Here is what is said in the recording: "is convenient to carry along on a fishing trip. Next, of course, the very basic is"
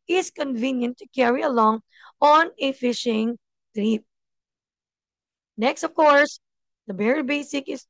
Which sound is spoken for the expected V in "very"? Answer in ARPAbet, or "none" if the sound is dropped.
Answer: B